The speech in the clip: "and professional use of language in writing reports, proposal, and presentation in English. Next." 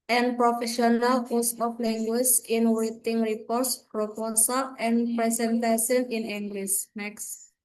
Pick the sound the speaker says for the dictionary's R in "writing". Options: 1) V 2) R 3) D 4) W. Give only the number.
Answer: 4